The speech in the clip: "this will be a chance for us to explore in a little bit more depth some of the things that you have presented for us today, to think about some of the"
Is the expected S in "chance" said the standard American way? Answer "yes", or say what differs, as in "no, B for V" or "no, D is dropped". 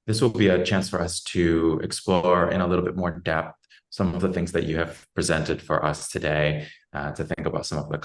yes